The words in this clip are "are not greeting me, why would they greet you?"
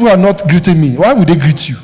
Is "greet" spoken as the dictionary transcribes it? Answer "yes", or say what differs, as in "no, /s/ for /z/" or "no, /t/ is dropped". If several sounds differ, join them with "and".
yes